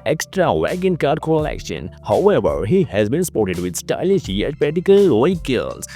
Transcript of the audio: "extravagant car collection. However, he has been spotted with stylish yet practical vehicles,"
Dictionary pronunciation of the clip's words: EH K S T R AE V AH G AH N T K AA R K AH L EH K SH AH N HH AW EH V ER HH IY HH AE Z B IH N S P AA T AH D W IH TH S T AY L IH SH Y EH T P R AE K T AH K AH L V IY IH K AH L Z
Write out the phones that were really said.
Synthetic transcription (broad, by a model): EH K S T R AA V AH G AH N K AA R K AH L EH K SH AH N HH AW EH V ER HH IY HH AE Z B IH N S P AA T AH D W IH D S T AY L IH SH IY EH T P AE T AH K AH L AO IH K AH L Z